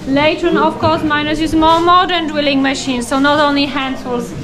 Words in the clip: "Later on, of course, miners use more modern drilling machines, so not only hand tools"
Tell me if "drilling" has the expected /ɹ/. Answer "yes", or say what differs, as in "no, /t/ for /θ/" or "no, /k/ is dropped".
no, /w/ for /ɹ/